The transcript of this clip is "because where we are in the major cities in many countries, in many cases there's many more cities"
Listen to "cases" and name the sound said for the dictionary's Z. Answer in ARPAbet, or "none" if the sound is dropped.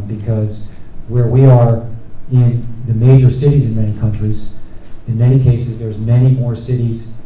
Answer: Z